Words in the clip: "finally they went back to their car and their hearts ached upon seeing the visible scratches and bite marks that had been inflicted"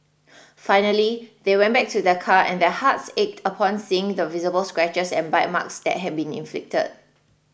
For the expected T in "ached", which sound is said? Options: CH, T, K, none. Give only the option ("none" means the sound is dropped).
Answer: T